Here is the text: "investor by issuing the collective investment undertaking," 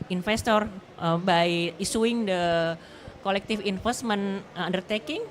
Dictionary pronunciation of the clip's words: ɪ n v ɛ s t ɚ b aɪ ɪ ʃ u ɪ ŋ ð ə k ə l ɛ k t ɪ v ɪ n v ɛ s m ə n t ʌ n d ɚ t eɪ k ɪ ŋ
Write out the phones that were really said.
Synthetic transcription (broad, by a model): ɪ n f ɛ s t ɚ b aɪ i s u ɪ ŋ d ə k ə l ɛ k t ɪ f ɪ n f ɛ s m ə n ʌ n d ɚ t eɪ k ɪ ŋ